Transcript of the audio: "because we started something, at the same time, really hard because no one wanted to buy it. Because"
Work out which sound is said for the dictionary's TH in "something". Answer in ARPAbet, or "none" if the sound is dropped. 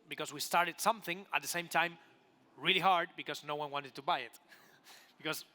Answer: TH